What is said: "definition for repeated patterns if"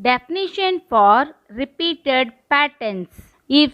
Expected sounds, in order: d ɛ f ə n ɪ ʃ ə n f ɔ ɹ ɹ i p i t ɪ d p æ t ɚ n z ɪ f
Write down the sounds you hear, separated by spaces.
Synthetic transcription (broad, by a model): d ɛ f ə n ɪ ʃ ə n f ɔ ɹ ɹ i p i t ɪ d p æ t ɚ n s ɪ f